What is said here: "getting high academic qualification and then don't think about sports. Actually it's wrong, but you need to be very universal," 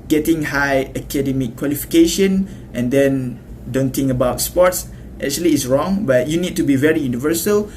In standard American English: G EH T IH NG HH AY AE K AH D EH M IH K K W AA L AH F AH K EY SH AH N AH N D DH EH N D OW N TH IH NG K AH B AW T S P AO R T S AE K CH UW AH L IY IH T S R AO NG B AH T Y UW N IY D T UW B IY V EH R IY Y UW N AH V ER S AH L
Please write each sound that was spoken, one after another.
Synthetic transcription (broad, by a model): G EH T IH NG HH AY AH K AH D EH M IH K K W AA L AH F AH K EY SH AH N AH N D EH N D OW N T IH NG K AH B AW T S P AO T S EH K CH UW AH L IY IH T S R AO NG B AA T Y UW N IY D T UW B IY V EH R IY Y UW N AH V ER S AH L